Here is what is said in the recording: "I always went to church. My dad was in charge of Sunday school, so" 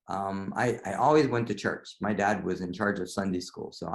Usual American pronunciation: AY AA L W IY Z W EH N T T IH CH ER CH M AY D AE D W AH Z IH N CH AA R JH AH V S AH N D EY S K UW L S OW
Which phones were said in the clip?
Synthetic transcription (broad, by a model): AY AA L W IY Z W EH N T T IH CH ER CH M AY D AE D W AH Z IH N CH AA R JH AH V S AH N D EY S K UW L S OW